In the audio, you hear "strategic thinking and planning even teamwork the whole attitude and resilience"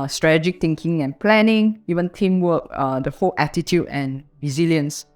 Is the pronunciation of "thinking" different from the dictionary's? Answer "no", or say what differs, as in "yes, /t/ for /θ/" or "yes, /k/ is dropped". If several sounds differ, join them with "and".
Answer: yes, /t/ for /θ/